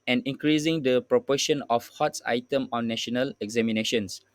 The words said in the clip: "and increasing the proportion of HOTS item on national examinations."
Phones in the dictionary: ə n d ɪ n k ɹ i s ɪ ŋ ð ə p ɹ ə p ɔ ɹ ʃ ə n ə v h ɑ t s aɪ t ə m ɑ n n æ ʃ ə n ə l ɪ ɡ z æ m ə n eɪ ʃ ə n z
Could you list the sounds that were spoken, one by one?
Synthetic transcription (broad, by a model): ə n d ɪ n k ɹ i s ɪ ŋ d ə p ɹ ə p ɔ ʃ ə n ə f h ɑ t s aɪ t ə m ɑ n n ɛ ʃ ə n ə l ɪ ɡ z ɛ m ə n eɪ ʃ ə n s